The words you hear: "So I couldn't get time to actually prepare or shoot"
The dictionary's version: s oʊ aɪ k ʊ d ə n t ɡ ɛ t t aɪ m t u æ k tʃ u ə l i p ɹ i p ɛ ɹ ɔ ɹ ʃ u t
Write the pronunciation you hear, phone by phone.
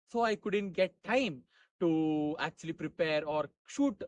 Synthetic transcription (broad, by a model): s oʊ aɪ k ʊ d ə n t ɡ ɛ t t aɪ m t u æ k tʃ u ə l i p ɹ i p ɛ ɹ ɔ ɹ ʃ u t